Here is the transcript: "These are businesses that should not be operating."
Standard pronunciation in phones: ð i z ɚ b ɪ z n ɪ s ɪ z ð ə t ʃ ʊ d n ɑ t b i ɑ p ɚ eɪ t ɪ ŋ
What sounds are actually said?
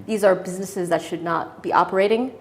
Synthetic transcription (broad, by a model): ð i z ɚ b ɪ z n ɪ s ɪ z ð ə t ʃ ʊ d n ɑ t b i ɑ p ɚ eɪ t ɪ ŋ